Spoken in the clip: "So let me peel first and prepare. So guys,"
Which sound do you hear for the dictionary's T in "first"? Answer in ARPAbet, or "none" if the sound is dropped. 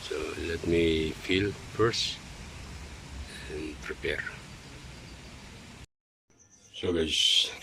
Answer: none